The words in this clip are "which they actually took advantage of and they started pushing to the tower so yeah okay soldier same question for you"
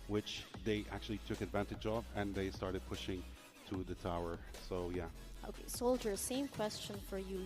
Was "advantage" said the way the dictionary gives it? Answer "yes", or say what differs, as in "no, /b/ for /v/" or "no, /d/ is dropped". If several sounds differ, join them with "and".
yes